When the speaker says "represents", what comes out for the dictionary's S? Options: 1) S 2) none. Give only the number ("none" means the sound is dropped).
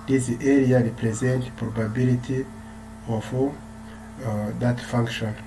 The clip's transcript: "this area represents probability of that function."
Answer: 2